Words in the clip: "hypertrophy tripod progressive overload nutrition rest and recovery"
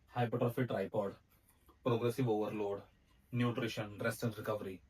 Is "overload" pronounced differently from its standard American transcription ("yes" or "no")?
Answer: no